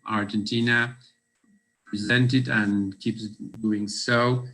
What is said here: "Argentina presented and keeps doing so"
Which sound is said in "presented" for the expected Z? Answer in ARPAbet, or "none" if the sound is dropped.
Z